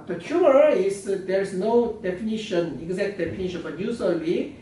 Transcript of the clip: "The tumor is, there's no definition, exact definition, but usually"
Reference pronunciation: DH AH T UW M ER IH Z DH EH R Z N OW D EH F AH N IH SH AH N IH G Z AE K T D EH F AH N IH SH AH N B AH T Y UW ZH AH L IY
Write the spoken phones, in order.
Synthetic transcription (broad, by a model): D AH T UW ER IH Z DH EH R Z N OW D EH F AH N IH SH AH N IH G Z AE K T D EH F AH N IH SH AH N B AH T Y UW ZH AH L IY